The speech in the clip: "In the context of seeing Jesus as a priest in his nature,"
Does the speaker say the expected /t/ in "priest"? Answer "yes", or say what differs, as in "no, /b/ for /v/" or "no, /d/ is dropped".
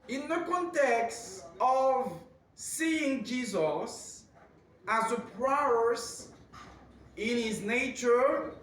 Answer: no, /t/ is dropped